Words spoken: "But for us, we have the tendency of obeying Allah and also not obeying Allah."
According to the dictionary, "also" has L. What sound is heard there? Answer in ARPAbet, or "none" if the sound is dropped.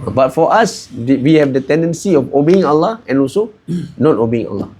L